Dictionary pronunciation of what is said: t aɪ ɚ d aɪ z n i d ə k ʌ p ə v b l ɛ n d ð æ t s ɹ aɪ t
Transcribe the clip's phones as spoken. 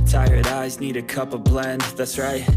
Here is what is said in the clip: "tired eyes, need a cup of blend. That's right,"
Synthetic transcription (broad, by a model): t aɪ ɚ d aɪ z n i d ə k ʌ p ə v b l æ n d ð æ t s ɹ aɪ t